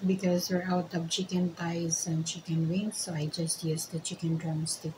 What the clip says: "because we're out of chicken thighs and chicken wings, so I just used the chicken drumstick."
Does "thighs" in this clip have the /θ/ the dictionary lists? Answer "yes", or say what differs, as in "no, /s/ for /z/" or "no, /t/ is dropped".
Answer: no, /t/ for /θ/